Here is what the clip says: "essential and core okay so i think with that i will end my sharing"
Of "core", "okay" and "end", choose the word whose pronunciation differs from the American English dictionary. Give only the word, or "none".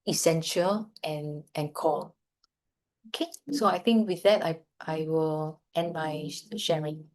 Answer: core